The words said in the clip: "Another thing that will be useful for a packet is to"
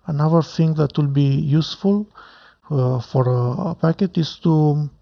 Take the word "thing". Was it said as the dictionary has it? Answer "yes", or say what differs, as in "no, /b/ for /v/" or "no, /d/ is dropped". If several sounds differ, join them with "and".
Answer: no, /t/ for /θ/